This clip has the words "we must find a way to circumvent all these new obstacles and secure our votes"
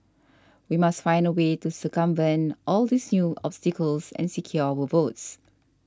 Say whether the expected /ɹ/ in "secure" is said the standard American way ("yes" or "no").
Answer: no